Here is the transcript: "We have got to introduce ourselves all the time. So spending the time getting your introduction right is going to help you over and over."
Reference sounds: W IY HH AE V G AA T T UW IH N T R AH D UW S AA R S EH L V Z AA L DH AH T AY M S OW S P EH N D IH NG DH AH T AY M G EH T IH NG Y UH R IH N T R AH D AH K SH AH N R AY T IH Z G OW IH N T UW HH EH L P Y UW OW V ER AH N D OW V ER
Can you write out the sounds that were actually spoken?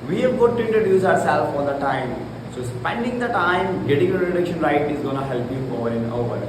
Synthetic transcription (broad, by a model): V IY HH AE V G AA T T UW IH N T R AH D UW S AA R S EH L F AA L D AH T AY M S OW S P EH N D IH NG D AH T AY M G EH T IH NG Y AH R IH T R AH K SH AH N R AY T IH Z G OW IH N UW HH EH L P Y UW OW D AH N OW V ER